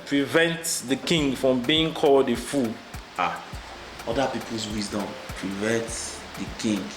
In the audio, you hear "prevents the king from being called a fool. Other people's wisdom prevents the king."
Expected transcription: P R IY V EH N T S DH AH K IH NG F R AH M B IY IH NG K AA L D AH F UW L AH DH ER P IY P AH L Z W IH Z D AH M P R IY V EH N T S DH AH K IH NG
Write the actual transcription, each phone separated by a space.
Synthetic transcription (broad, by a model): P R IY V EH N T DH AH K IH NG F R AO M B IY IH NG K AA L D AH F UW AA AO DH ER P IY P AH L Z W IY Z D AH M P R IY V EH N T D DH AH K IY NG